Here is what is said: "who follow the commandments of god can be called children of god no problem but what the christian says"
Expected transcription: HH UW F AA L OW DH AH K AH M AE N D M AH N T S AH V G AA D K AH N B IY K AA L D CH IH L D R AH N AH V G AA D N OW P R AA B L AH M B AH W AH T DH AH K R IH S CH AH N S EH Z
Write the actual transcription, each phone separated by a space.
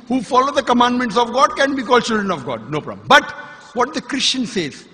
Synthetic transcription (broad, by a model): HH UW F AA L OW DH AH K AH M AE N D M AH N T S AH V G AA D K AH N B IY K AA L D CH IH L D R AH N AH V G AA D N OW P R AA B AH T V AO T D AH K R IH S CH AH N S EH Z